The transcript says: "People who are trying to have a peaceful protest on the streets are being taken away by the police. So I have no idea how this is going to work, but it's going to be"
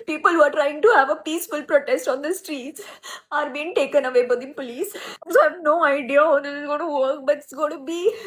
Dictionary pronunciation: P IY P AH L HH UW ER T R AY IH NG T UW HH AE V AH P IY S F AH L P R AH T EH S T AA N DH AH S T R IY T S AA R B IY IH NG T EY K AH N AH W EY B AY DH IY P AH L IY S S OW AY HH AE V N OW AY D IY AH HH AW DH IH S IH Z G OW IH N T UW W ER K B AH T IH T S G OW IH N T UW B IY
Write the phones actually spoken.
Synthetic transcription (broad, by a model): P IY P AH L HH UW ER T R AY IH NG T UW HH AE V AH P IY S F AH L P R AH T EH S T AA N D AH S T R IY T S AA R B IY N T EY K AH N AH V EY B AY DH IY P L IY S S OW AY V N OW AY D IY AH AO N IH IH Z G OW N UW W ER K B AH T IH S G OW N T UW B IY